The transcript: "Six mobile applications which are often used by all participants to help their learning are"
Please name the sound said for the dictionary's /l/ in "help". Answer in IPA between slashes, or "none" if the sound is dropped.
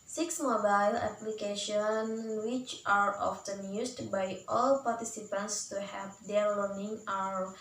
none